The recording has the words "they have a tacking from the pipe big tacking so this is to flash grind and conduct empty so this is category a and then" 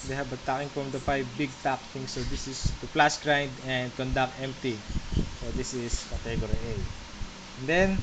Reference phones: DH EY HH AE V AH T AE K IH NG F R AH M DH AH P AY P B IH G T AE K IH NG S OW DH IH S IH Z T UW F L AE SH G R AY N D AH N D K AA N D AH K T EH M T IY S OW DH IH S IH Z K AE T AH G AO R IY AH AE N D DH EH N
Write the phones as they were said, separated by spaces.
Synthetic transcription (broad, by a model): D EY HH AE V AH T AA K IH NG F R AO M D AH F AY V B IH G T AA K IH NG S OW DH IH S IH S T UW P L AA S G R AY N D AH N D K AA N D AH K T EH M T IY S OW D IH S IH S K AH T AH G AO R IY AH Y N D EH N